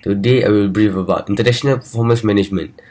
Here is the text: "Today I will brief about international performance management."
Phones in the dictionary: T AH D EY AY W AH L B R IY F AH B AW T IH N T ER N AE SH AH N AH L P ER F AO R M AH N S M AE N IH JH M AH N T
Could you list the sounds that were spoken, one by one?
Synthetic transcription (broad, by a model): T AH D EY AY W AH L B R IY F AH B AW T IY N T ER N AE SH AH N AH L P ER F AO M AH S M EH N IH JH M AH N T